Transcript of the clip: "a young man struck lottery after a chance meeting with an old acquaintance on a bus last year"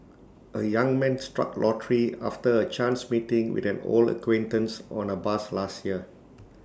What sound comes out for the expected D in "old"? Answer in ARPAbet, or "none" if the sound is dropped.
none